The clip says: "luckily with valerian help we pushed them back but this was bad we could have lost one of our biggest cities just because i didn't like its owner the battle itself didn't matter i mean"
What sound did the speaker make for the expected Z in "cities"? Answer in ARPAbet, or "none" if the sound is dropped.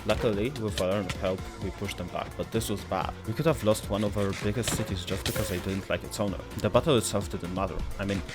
Z